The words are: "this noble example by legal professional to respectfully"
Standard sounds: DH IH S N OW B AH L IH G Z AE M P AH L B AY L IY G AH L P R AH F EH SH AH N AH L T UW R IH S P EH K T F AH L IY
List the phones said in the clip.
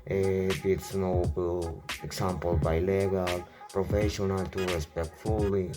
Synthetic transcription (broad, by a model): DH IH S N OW AH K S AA M P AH L B AY L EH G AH L P R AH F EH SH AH N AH L T UW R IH S P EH K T F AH L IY